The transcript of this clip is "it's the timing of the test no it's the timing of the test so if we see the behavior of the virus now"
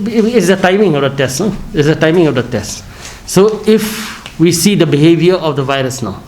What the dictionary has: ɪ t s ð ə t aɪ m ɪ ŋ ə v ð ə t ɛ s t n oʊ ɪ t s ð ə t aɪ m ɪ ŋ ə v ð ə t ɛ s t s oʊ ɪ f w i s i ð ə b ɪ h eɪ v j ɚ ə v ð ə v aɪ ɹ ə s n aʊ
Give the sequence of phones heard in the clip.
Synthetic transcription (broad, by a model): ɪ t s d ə t aɪ m ɪ ŋ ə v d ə t ɛ s t n oʊ ɪ t s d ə t aɪ m ɪ ŋ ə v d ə t ɛ s t s oʊ ɪ f w i s i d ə b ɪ h eɪ v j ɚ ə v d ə v aɪ ɹ ə s n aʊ